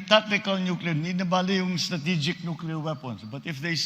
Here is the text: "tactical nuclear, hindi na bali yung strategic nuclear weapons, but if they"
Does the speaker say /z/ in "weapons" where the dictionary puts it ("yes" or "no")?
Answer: no